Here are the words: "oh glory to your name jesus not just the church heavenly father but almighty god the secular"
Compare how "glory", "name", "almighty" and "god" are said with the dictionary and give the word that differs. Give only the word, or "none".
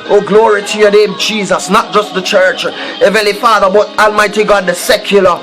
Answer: none